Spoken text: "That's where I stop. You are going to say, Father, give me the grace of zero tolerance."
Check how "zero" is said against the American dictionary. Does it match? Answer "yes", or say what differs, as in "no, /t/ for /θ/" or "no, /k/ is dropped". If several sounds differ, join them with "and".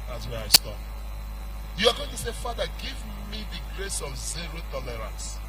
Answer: yes